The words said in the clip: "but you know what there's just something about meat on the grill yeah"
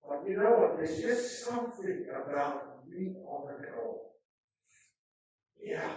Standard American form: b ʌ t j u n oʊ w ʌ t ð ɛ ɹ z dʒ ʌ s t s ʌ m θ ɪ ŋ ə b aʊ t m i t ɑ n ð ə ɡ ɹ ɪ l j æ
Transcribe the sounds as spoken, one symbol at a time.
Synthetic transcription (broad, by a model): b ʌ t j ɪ n oʊ w ʌ t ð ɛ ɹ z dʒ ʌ s t s ʌ m θ ɪ ŋ ə b aʊ t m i ɑ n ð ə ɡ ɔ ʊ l j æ